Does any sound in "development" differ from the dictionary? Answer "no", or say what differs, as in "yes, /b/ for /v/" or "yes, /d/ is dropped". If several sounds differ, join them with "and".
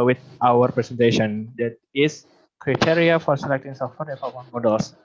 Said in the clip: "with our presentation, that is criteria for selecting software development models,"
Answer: yes, /p/ is dropped